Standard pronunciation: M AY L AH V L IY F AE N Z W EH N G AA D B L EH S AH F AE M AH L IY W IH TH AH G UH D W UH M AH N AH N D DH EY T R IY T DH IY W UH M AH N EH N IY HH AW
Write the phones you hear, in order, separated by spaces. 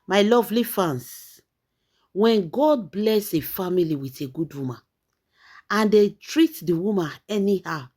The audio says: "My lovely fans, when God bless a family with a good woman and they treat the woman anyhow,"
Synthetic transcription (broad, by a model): M AY L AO V L IY F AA N S W EH N G AA D B L EH S AH F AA M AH L IY W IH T AH G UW D W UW M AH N AH N D EY T R IY T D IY W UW M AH N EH N IY HH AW